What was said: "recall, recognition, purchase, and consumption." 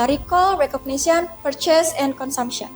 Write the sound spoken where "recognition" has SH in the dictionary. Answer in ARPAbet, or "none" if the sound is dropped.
S